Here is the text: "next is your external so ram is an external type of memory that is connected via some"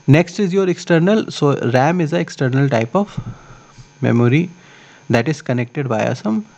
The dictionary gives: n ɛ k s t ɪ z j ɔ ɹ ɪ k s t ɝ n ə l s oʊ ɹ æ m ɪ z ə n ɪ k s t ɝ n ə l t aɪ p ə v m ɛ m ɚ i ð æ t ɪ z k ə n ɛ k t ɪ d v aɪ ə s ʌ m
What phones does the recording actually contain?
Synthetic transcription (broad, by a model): n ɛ k s t ɪ z j ɔ ɹ ɪ k s t ɝ n ə l s oʊ ɹ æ m ɪ z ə ɪ k s t ɝ n ə l t aɪ p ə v m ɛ m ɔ i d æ t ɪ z k ə n ɛ k t ɪ d b aɪ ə s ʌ m